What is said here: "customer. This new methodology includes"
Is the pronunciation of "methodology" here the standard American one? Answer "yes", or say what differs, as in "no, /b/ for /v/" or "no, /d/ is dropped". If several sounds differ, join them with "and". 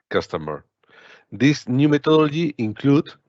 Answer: no, /t/ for /θ/